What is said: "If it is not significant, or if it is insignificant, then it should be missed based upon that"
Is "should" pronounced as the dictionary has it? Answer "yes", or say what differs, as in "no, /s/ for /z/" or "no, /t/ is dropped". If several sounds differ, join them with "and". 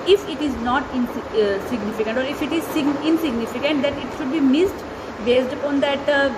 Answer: yes